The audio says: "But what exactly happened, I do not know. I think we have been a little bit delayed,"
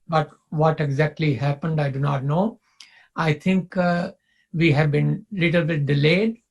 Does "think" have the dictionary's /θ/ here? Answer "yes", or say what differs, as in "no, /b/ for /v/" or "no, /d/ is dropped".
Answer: no, /t/ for /θ/